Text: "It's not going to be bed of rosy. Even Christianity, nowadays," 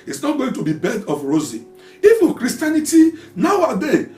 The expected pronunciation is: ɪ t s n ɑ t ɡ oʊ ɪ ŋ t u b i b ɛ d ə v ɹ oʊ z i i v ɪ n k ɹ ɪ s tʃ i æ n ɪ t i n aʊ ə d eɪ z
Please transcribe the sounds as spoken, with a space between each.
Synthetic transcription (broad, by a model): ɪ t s n ɑ t ɡ oʊ ɪ ŋ t u b i b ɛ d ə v ɹ oʊ z i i f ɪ k ɹ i s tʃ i n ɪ t i n aʊ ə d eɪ